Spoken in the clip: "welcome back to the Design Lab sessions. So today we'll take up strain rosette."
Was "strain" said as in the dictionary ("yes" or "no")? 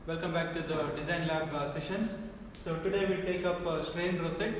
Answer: yes